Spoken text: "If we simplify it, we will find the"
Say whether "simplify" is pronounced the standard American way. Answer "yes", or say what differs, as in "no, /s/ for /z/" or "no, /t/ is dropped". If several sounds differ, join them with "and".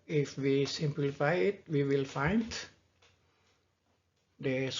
yes